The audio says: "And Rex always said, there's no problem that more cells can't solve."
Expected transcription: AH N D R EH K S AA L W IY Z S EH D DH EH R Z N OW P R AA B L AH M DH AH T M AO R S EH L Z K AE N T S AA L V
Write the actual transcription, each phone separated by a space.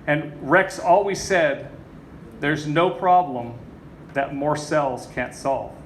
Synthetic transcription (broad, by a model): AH N R EH K S AA L W IY Z S EH D DH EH R Z N OW P R AA B L AH M DH AH T M AO R S EH L Z K AE N T S AA L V